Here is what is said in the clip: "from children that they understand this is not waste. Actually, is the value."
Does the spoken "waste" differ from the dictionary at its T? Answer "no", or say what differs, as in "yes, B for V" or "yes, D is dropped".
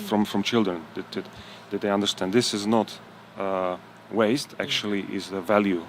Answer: no